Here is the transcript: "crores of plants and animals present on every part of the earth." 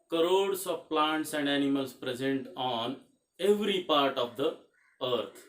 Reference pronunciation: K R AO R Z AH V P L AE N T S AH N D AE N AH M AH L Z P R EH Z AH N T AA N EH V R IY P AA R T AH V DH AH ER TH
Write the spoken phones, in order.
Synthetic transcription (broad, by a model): K R AO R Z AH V P L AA N T S AH N D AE N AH M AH L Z P R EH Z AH N T AA N EH V R IY P AA R T AH V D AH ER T